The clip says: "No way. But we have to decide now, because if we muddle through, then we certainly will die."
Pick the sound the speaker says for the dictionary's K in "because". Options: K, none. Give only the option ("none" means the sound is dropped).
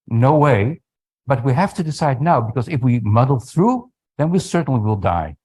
K